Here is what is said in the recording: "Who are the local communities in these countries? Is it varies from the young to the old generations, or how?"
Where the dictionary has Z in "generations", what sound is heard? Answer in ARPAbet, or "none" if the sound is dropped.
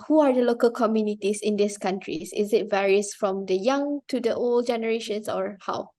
S